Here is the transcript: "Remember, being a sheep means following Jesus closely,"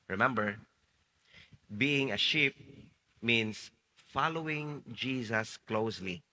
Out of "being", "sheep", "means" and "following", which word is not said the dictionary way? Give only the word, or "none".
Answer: means